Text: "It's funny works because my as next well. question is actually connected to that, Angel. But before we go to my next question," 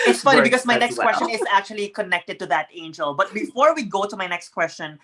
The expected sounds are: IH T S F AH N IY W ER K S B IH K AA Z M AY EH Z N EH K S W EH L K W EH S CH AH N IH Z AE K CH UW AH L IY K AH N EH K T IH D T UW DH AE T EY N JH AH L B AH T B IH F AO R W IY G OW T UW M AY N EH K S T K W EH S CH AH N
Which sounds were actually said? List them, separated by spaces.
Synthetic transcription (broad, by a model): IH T S F AH N IY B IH K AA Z M AY N EH K S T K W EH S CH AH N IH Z AE K CH UW AH L IY K AH N EH K T IH D T UW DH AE T EY N JH AH L B AH T B IH F AO R W IY G OW T UW M AY N EH K S T K W EH S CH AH N